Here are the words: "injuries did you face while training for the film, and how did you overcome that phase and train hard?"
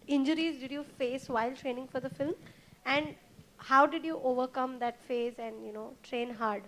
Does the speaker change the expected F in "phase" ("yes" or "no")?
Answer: no